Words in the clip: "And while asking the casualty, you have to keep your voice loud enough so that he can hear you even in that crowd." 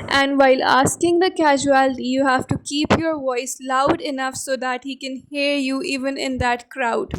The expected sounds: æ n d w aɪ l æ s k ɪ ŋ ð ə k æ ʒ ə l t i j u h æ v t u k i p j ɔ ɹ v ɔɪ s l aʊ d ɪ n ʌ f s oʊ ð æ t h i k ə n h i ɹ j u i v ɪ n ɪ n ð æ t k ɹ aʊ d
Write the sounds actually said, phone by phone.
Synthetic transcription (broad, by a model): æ n d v aɪ l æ s k ɪ ŋ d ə k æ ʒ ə l t i j u h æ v t u k i p j ɔ ɹ v ɔɪ s l aʊ d ɪ n ʌ f s oʊ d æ t h i k ə n h i ɹ j u i v ɪ n ɪ n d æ t k ɹ aʊ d